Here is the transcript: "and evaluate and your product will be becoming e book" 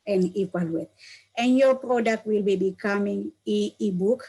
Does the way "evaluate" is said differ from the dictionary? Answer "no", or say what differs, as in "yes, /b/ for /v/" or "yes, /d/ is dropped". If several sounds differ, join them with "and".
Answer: yes, /p/ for /v/